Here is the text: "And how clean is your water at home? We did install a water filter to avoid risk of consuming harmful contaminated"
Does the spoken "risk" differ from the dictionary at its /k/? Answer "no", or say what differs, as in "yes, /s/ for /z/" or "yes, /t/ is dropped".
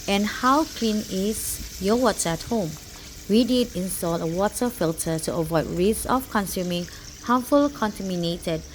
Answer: yes, /k/ is dropped